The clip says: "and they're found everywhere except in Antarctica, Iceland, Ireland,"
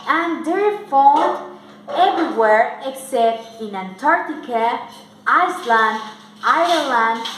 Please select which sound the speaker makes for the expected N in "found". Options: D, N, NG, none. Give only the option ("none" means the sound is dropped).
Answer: none